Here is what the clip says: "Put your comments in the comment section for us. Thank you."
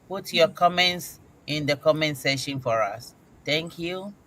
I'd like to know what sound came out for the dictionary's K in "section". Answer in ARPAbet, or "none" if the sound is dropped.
none